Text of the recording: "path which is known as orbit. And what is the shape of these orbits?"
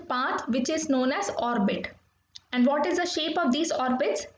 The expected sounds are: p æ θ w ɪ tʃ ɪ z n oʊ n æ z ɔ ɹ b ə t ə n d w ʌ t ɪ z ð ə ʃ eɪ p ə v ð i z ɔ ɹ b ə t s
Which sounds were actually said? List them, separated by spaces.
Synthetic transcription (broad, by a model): p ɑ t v ɪ tʃ ɪ z n oʊ n æ z ɔ ɹ b ə t ə n d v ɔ t ɪ z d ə ʃ eɪ p ə v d i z ɔ ɹ b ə t s